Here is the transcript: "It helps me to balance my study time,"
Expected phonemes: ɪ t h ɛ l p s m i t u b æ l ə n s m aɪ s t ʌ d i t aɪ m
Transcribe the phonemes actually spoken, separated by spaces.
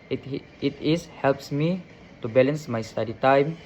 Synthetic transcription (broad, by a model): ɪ t h ɛ l p s m i t u b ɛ l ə n s m aɪ s t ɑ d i t aɪ m